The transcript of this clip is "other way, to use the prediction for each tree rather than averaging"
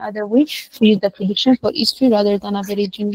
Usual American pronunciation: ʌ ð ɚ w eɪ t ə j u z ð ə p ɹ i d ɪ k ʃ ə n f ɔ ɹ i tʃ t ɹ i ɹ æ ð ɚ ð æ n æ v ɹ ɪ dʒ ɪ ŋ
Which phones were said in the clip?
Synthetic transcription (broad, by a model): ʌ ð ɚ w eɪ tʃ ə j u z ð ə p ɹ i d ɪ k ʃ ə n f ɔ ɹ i s t ɹ i ɹ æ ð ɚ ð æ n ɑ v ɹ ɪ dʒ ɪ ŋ